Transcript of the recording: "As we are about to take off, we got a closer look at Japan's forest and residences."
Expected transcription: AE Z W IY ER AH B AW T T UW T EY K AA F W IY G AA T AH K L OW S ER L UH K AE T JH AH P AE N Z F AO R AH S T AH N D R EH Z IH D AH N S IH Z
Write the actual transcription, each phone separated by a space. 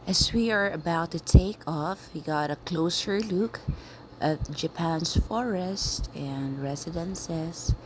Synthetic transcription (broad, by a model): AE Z W IY ER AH B AW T T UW T EY K AA F W IY G AA T AH K L OW S ER L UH K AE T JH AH P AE N S F AO R AH S T AH N D R EH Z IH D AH N S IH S